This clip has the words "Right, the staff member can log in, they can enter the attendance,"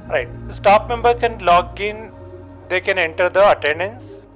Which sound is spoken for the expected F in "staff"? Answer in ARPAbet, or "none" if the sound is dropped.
P